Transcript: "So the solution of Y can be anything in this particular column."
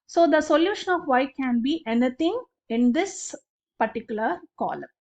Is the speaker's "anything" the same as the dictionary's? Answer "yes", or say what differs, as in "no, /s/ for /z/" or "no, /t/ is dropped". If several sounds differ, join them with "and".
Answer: no, /t/ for /θ/